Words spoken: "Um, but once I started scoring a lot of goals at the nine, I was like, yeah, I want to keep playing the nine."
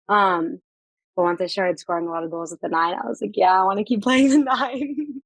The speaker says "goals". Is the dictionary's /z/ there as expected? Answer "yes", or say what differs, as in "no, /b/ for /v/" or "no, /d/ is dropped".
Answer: yes